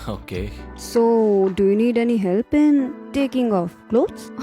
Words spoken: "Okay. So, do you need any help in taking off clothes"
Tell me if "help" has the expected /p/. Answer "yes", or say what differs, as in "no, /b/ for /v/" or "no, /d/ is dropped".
yes